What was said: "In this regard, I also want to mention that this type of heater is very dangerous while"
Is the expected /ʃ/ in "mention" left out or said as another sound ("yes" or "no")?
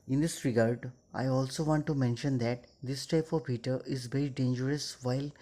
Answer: no